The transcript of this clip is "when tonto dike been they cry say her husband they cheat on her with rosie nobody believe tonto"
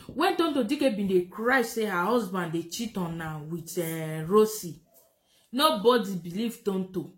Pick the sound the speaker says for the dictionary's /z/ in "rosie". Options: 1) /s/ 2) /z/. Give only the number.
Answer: 1